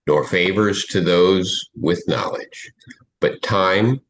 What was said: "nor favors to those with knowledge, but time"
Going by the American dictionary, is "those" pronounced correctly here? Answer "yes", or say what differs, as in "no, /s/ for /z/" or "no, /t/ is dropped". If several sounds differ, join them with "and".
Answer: yes